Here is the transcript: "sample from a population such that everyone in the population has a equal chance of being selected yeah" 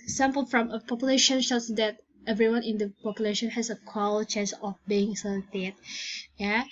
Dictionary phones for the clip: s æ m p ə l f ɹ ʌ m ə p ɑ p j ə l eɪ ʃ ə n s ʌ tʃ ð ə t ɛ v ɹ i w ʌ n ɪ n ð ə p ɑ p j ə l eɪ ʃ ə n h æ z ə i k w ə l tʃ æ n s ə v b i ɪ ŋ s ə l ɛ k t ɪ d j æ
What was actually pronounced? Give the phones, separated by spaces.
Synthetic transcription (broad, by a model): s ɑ m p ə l f ɹ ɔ m ə p ɑ p j ə l eɪ ʃ ə n ʃ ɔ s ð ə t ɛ v ɹ i w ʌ n ɪ n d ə p ɑ p j ə l eɪ ʃ ə n h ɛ s ə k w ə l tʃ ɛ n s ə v b i ɪ ŋ s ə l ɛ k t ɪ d j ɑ